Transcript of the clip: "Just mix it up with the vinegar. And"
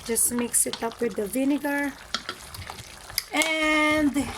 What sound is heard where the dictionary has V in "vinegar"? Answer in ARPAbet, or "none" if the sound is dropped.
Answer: V